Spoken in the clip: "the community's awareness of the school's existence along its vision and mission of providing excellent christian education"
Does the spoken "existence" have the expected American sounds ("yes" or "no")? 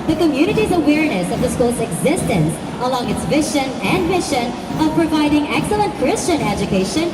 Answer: yes